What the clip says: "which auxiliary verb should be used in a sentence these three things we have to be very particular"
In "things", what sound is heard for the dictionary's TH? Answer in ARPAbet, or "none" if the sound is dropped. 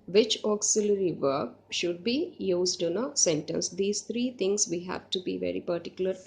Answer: T